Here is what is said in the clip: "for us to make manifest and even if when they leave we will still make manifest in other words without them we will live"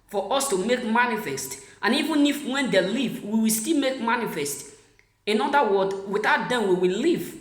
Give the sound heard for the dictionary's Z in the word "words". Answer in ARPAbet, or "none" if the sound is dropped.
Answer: none